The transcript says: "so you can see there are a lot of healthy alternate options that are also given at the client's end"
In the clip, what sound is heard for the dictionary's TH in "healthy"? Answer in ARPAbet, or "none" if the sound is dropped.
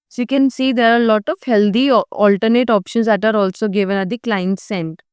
T